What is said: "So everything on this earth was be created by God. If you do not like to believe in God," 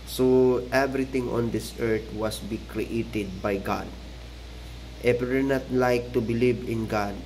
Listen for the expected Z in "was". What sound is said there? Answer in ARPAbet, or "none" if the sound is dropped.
S